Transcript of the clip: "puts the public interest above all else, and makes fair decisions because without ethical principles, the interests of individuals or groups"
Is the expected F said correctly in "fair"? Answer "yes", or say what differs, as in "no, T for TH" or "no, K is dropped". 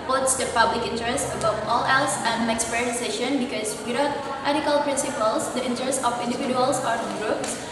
no, P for F